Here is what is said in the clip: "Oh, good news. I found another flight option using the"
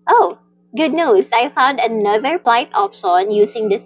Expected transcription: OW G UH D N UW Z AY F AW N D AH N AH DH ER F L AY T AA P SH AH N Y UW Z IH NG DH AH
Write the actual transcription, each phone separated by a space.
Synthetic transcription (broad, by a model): OW G UH D N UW S AY F AW N D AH N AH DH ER P L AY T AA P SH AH N Y UW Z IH NG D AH